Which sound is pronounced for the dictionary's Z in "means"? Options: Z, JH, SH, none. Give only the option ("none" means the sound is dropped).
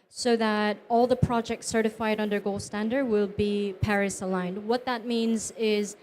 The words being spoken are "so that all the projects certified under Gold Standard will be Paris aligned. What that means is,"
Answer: Z